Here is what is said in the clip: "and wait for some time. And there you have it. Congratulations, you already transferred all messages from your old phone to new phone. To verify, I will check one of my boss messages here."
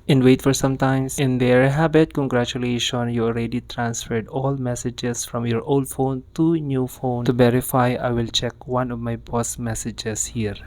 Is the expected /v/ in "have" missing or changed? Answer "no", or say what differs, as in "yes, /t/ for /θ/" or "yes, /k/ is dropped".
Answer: yes, /b/ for /v/